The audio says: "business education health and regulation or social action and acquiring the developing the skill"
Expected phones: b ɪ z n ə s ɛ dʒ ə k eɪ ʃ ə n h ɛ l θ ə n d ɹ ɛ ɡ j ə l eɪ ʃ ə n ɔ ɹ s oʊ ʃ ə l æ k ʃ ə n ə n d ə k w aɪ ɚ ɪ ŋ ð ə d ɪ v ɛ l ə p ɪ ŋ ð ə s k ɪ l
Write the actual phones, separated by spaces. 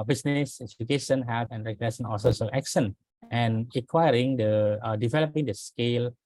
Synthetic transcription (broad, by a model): b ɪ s n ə s ɛ dʒ ə k eɪ ʃ ə n h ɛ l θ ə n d ɹ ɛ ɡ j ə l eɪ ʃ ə n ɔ l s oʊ s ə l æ k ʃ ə n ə n ə k w aɪ ɚ ɪ ŋ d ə d ɪ v ɛ l ə p ɪ ŋ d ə s k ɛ l